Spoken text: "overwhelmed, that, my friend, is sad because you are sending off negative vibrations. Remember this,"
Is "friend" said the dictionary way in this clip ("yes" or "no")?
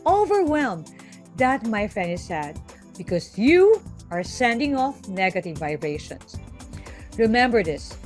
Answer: no